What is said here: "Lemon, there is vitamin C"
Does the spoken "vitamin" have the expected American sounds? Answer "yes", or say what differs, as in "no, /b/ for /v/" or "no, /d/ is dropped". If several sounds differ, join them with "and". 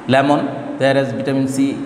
no, /b/ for /v/